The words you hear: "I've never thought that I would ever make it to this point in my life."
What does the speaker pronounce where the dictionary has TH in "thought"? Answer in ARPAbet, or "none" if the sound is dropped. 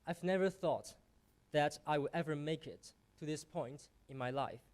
TH